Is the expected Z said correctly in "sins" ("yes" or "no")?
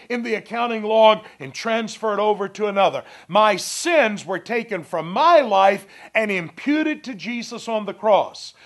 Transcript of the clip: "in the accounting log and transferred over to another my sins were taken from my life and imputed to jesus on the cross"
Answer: yes